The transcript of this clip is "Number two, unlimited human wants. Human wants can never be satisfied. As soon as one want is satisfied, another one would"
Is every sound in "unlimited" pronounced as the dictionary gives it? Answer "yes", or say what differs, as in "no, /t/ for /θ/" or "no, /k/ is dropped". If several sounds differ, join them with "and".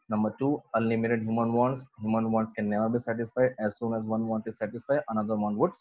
no, /n/ is dropped